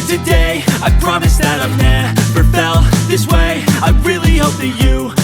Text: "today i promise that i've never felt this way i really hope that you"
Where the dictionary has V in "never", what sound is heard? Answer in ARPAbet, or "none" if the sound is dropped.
P